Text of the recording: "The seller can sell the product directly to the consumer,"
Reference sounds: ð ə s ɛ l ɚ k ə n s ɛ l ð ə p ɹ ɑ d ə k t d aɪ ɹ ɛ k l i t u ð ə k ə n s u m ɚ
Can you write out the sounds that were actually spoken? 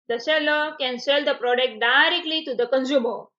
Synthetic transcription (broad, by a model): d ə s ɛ l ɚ k ə n s ɛ l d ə p ɹ ɑ d ə k t d aɪ ɹ ɛ k l i t u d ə k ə n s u m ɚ